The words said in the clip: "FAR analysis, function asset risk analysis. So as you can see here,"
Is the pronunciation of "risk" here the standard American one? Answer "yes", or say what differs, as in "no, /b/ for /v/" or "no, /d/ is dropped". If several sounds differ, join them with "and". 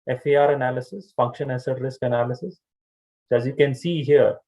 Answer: yes